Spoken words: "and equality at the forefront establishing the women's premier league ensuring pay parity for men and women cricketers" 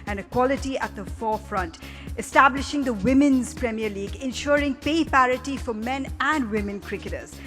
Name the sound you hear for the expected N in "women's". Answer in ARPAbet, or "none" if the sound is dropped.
N